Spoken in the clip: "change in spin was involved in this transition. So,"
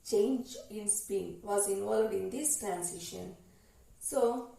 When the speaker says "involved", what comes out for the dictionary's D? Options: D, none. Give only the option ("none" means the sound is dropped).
D